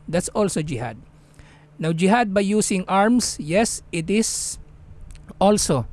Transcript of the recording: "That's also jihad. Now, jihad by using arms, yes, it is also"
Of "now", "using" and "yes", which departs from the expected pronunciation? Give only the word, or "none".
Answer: using